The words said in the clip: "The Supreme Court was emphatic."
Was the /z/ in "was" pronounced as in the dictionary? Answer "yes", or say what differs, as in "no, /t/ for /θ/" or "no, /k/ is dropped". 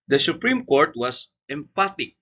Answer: no, /s/ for /z/